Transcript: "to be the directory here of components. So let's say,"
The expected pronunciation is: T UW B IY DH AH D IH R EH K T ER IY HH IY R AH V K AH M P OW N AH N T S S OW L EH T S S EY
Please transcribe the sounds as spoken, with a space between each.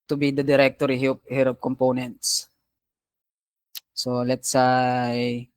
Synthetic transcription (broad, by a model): T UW B IY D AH D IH R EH K T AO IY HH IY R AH P K AH M P OW N AH N T S S OW L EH T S S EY